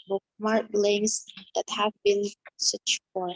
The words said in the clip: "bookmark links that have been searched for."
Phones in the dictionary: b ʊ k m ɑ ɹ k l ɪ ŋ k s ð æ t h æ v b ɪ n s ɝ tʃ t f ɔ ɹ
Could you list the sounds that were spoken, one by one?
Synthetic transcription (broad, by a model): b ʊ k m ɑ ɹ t l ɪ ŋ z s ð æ t h æ v b ɪ n s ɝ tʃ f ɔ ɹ